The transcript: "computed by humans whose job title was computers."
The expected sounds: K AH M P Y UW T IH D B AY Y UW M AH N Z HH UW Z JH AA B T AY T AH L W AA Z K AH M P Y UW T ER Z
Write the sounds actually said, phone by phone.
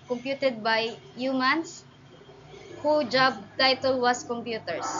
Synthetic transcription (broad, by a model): K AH M P Y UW T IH D B AY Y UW M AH N S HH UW JH AA B T AY T AH L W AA S K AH M P Y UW T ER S